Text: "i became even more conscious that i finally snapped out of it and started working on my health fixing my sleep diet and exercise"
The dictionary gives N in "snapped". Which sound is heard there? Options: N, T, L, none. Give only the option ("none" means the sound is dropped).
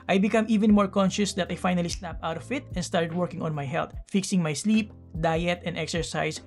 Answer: L